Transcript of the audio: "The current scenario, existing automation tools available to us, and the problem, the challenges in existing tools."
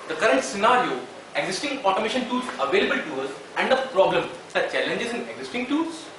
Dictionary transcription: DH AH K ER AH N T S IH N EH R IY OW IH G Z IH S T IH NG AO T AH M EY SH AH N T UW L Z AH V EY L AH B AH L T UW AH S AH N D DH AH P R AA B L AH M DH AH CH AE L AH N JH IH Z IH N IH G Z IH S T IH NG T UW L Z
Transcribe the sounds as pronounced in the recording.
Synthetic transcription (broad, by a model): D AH K ER AH N T S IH N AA R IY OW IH G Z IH S T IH NG AO T AH M EY SH AH N T UW Z AH V EY L AH B AH L T UW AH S AH N D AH P R AA B L AH M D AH CH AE L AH N JH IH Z IH N IH G Z IH S T IH NG T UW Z